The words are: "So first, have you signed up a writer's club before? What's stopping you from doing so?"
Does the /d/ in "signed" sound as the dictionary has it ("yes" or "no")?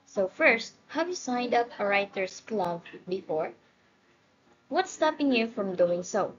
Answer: yes